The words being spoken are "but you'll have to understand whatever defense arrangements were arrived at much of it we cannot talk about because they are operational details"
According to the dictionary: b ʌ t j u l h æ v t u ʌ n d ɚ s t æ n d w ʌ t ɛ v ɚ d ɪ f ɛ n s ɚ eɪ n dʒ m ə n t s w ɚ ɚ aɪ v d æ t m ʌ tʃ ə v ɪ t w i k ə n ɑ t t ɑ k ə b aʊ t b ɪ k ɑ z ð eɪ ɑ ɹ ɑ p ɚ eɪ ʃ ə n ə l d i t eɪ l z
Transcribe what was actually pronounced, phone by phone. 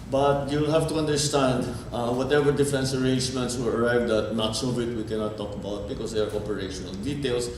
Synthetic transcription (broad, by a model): b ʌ t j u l h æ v t u ʌ n d ɚ s t æ n d w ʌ t ɛ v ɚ d ɪ f ɛ n s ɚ eɪ n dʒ m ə n t s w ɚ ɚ aɪ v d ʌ t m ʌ s ə v ɪ t w i k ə n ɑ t t ɑ k ə b aʊ t b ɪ k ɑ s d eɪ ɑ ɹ ɑ p ɚ eɪ ʃ ə n ə l d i t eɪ l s